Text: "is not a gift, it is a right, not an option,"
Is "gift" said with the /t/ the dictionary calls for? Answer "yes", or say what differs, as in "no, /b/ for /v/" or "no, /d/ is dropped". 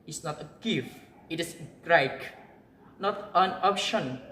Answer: no, /t/ is dropped